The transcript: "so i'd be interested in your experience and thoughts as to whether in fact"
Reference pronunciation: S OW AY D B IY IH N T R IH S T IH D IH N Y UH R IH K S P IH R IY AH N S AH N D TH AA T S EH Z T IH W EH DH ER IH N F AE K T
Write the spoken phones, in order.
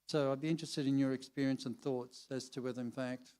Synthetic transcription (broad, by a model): S OW AY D B IY IH N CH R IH S T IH D IH N Y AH R IH K S P IH R IY AH N S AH N TH AA T S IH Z T IH W EH DH ER IH N F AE K T